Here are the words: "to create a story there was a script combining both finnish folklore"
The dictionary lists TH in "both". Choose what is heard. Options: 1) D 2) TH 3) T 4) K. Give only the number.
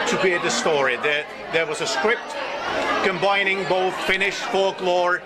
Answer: 2